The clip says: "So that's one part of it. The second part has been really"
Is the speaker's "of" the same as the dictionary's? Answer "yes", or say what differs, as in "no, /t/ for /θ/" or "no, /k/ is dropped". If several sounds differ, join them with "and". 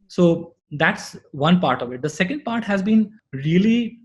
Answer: yes